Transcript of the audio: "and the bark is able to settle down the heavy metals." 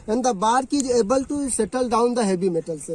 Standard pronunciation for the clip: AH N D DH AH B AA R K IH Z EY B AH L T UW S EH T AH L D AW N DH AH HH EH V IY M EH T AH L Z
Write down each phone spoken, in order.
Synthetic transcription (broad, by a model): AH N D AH B AA R K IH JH EY B AH L T UW S EH T AH L D AW N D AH HH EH B IY M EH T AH L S